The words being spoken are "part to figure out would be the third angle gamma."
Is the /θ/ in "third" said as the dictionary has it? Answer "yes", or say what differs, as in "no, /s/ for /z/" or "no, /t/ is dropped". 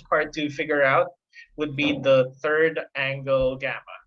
yes